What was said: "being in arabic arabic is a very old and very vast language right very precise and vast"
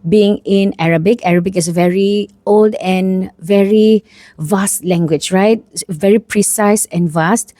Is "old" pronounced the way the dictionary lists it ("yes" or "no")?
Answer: yes